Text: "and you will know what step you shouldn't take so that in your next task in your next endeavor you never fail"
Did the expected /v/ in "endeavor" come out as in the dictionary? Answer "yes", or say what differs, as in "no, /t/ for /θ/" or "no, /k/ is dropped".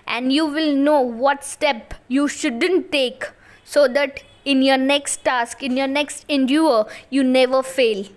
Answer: no, /v/ is dropped